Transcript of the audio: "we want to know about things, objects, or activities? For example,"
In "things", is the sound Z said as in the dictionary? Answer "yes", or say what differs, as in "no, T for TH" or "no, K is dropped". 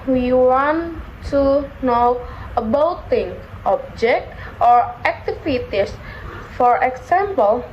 no, Z is dropped